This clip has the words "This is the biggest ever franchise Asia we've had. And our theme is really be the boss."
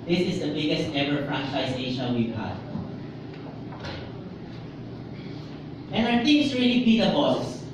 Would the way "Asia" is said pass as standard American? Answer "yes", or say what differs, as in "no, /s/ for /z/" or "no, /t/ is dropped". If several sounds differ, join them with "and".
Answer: no, /ʃ/ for /ʒ/